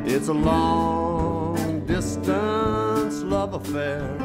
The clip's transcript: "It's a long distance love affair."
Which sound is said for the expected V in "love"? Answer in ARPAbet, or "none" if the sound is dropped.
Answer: V